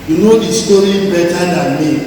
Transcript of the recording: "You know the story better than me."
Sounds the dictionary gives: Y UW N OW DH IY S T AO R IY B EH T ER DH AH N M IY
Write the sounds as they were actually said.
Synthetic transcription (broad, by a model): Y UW N OW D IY S T AO R IY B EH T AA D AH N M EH